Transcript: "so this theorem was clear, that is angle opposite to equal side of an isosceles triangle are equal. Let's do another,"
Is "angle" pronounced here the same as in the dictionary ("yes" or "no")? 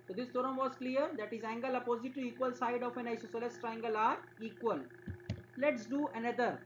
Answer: yes